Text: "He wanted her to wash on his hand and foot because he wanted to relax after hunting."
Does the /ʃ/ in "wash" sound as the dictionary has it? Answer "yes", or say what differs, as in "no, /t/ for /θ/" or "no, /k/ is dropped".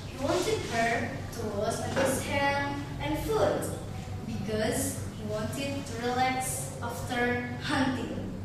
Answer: no, /s/ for /ʃ/